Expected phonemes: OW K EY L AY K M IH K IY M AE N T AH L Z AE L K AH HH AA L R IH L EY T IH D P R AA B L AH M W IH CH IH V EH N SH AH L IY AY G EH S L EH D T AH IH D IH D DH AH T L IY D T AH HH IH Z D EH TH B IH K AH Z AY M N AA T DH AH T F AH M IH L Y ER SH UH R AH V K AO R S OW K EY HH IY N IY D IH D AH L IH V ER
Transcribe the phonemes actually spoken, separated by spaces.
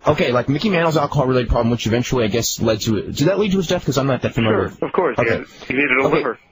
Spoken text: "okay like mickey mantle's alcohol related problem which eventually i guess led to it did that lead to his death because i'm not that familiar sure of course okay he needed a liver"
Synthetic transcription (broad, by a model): OW K EY L AY K M IH K IY M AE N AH L Z AE L K AH HH AA L R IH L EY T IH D P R AA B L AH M W IH CH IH V EH N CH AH L IY AY G EH S L EH D T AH IH D IH D DH AH T L IY D T AH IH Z D EH TH K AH Z AY M L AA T DH AH T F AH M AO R AH V K AO R S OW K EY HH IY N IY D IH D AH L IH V ER